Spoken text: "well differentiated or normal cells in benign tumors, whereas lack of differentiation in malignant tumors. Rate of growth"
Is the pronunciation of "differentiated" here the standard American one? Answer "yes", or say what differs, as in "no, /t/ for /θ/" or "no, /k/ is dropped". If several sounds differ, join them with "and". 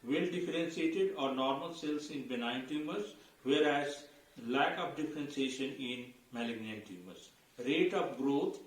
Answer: no, /s/ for /ʃ/